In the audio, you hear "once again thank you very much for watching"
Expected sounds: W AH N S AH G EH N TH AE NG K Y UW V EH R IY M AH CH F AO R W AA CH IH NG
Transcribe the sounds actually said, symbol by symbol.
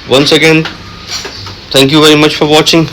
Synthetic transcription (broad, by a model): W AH N S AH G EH N T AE NG K Y UW V EH R IY M AH CH F AO R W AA CH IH NG